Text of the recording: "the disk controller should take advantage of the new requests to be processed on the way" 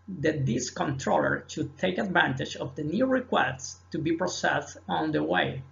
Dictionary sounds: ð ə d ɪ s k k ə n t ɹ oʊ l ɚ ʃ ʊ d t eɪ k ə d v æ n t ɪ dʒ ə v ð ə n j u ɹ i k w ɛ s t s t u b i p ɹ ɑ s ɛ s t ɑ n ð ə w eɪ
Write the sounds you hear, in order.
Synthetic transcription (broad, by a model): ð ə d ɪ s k k ə n t ɹ oʊ l ɚ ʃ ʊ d t eɪ k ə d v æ n t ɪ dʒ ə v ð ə n j u ɹ i k w ɛ s t s t u b i p ɹ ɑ s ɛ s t ɑ n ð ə w eɪ